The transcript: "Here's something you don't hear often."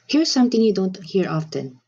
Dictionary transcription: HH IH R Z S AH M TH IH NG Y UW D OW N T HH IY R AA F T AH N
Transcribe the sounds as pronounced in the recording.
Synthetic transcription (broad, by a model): HH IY R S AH M T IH NG Y UW D OW N T HH IY R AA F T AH N